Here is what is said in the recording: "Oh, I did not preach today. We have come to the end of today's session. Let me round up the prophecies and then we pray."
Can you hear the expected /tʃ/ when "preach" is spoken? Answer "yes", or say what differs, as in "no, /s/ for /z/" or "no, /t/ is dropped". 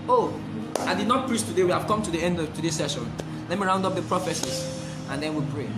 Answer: no, /s/ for /tʃ/